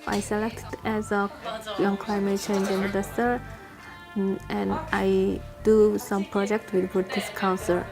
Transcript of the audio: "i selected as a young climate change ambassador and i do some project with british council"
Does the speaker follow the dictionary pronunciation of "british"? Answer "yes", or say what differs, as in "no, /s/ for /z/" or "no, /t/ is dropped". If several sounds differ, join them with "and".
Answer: no, /ɹ/ is dropped and /s/ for /ʃ/